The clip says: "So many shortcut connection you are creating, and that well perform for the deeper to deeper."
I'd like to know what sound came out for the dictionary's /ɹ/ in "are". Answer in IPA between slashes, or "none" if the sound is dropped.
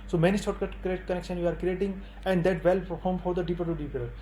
/ɹ/